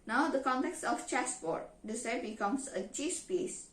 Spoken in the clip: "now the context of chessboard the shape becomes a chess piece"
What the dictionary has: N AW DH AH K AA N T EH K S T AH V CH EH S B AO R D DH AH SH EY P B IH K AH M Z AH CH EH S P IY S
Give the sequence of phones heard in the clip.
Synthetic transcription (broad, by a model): N AW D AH K AA N T EH K S T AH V CH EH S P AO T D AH S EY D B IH K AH M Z AH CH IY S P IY S